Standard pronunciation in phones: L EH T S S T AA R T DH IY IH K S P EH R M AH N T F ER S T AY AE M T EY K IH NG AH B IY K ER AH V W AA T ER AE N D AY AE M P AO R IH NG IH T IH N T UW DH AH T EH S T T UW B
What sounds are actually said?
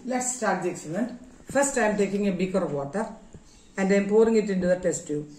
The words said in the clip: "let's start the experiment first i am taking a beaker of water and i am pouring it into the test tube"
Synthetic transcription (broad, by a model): L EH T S S T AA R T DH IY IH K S EH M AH N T F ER S T AY M T EY K IH NG AH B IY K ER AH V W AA T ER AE N D AY M P AO R IH NG IH T IH N T UW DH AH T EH S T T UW